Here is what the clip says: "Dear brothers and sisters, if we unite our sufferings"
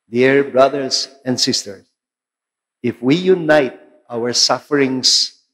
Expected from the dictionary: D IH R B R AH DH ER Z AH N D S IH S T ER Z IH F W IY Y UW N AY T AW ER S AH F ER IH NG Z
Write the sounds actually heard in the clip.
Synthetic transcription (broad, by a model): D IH R B R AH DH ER S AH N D S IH S T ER S IH F W IY Y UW N AY T AW ER S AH F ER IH NG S